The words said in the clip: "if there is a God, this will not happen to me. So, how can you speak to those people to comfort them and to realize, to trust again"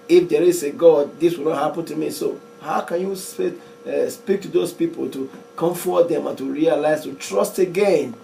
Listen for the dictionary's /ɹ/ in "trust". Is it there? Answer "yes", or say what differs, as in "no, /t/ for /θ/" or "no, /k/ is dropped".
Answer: yes